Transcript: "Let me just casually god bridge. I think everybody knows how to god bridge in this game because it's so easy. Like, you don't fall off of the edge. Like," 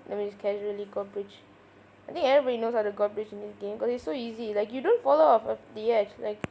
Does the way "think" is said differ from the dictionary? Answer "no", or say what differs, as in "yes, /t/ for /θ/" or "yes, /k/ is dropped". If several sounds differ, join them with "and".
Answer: yes, /t/ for /θ/